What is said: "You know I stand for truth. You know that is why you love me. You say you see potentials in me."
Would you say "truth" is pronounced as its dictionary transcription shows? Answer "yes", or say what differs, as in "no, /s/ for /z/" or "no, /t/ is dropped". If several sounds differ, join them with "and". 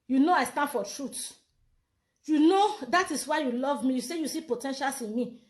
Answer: no, /t/ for /θ/